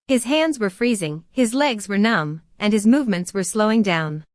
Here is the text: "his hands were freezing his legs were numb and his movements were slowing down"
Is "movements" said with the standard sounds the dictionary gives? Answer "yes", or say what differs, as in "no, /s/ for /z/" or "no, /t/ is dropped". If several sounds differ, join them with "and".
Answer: yes